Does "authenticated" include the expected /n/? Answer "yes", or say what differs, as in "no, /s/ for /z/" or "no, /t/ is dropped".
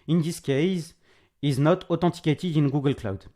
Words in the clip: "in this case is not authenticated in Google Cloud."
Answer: no, /n/ is dropped